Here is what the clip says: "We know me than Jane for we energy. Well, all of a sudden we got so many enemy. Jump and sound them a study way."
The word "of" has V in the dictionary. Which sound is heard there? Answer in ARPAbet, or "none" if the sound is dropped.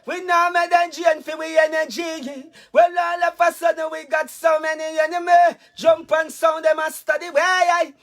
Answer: P